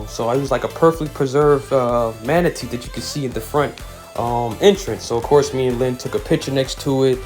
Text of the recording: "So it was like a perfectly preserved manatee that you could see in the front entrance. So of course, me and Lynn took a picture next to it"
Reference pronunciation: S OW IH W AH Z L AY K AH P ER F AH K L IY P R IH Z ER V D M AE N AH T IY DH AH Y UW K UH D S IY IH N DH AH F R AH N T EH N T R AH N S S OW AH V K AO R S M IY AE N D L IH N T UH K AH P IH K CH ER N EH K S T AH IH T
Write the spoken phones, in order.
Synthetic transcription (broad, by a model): S OW IH W AH Z L AY K AH P ER F AH K L IY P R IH Z ER V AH M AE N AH T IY DH AH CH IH K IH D S IY IH N DH AH F R AH N T EH N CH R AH N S S OW AH V K AO R S M IY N L IH N T UH K AH P IH K CH ER N EH K S T AH IH T